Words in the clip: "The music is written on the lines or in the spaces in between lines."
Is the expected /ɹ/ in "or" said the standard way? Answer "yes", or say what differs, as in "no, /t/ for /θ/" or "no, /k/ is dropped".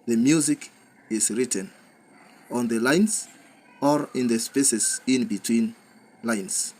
yes